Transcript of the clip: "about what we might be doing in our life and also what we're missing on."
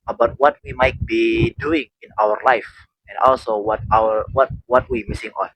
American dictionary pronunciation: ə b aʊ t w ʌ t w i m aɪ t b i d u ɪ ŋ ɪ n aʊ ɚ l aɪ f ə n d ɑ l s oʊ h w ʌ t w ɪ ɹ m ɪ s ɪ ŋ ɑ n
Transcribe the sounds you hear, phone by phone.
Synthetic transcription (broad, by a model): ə b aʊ t w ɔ t w i m aɪ t b i d u ɪ ŋ ɪ n aʊ ɚ l aɪ f ə n d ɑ l s oʊ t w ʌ t w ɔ w m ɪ s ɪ ŋ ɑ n